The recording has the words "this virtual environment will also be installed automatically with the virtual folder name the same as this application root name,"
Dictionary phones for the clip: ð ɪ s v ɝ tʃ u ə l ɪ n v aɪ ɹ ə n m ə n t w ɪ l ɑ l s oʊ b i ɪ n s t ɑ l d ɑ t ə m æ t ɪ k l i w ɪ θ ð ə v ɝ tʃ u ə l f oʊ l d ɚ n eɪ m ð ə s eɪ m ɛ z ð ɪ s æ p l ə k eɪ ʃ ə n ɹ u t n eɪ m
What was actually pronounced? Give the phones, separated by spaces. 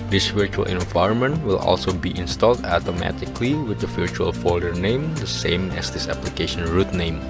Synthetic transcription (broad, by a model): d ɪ s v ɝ tʃ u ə l ɪ n v aɪ ɹ ə n m ə n t w ɪ l ɑ l s oʊ b i ɪ n s t ɑ l d ɑ t ə m æ t ɪ k l i w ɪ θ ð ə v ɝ tʃ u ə l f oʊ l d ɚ n eɪ m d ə s eɪ m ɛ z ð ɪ s æ p l ə k eɪ ʃ ə n ɹ u t n eɪ m